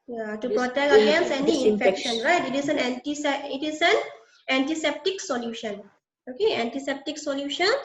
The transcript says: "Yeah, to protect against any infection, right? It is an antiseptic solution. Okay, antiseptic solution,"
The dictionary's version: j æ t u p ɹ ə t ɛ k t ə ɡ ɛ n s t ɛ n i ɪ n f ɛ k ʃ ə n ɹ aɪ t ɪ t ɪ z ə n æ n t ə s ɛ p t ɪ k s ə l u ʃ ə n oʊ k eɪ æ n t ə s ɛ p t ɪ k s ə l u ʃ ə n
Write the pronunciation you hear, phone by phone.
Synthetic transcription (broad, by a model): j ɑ t u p ɹ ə t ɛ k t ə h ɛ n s ɛ n i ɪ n f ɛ k ʃ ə n ɹ aɪ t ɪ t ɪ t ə n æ n t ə s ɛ p t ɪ k s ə l u ʃ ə n oʊ k eɪ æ n t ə s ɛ p t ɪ k s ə l u ʃ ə n